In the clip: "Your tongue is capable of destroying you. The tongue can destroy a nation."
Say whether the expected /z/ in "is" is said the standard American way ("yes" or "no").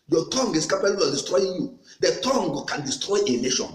no